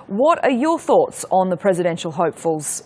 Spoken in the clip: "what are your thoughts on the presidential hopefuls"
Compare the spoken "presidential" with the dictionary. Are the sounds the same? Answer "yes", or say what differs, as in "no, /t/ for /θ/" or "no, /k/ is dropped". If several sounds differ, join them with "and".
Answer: yes